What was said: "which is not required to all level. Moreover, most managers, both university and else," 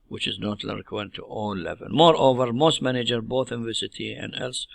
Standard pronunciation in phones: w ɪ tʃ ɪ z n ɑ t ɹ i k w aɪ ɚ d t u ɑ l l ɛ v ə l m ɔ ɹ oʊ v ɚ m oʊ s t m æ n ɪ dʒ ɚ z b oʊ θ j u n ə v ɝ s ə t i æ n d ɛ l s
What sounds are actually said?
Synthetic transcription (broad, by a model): w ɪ tʃ ɪ z n ɑ t l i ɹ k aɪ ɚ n t u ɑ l l ɛ v ə l m ɔ ɹ oʊ v ɚ m oʊ s t m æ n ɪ dʒ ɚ b oʊ θ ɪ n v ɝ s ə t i æ n d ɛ l s